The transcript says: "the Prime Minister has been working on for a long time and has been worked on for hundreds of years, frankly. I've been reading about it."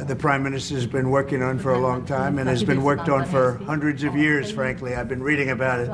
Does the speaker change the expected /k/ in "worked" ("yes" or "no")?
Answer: no